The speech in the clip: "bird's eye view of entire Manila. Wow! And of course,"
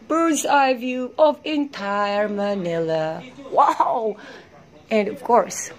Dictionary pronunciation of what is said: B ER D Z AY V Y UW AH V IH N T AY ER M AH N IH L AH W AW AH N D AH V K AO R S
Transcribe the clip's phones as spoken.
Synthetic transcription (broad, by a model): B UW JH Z AY V Y UW AH V IH N T AY ER M AH N IH L AH W AW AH N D AH V K AO R S